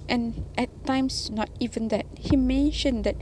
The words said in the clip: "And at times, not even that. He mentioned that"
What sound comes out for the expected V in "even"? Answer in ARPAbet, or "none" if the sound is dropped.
V